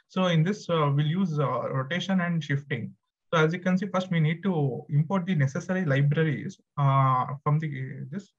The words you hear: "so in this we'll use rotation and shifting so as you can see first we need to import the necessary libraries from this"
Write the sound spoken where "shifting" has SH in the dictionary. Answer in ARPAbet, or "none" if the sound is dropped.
SH